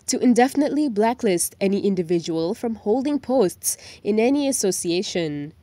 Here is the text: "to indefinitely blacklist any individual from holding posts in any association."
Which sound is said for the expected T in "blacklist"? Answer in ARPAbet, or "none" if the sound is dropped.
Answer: T